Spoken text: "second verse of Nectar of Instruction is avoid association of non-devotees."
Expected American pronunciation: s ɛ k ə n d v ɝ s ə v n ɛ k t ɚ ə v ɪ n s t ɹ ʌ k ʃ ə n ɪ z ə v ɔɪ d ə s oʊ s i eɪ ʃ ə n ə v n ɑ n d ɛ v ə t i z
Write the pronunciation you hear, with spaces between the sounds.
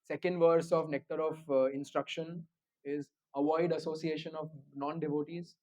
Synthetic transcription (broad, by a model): s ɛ k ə n d v ɝ s ə v n ɛ k t ɚ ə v ɪ n s t ɹ ʌ k ʃ ə n ɪ z ə v ɔɪ d ə s oʊ s i eɪ ʃ ə n ə v n ɑ n d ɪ v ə t i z